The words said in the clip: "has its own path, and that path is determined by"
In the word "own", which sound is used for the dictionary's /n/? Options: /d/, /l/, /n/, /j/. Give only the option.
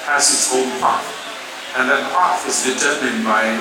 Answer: /l/